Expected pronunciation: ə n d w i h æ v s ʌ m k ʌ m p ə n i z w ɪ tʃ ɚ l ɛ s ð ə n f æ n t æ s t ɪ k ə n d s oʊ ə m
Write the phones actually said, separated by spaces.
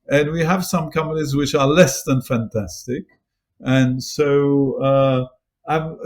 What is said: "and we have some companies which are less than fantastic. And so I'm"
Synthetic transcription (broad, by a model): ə n w i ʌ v s ʌ m k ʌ m ə l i z w ɪ tʃ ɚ l ɛ s ð ə n f æ n t æ s t ɪ k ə n s oʊ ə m